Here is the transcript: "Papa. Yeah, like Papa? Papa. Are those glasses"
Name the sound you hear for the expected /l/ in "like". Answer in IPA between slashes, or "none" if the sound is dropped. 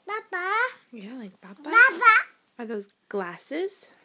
/l/